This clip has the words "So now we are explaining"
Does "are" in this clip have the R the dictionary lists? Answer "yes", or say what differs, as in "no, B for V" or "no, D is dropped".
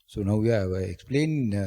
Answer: no, W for R